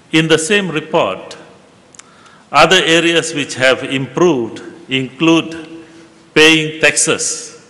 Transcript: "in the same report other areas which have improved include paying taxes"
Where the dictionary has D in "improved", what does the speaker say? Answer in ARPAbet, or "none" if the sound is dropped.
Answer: D